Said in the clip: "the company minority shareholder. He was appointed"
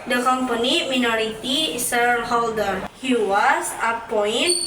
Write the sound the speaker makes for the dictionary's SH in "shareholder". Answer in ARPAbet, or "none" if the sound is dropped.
S